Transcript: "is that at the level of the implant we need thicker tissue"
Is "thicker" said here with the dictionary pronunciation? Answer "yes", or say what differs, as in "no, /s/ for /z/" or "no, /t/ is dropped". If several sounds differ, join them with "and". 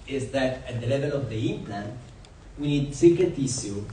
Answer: no, /s/ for /θ/